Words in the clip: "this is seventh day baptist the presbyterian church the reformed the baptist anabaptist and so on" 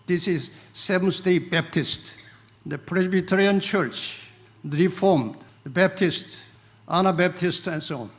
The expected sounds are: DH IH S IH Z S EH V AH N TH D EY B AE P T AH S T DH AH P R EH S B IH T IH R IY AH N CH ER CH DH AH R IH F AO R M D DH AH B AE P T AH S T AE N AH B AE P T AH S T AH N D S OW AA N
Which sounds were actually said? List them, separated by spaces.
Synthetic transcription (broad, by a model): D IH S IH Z S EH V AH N S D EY B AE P T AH S T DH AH P R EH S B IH T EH R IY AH N CH ER CH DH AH R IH F AO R M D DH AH B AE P T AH S T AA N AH B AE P T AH S T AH N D S OW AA N